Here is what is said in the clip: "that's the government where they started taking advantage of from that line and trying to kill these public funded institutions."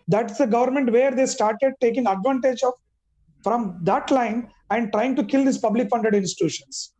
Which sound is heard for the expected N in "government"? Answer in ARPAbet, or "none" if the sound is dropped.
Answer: N